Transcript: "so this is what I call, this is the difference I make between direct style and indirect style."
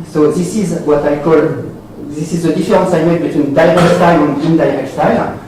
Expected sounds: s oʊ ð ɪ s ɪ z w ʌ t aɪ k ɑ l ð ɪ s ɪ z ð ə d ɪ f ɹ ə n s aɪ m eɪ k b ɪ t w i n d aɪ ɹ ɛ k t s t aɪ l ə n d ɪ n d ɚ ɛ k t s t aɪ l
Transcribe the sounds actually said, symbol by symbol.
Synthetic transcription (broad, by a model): s oʊ ð ɪ s ɪ z w ʌ t aɪ k ɑ l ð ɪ s ɪ z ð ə d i f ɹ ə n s aɪ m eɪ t b ɪ t w i n d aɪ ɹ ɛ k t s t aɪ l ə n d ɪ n d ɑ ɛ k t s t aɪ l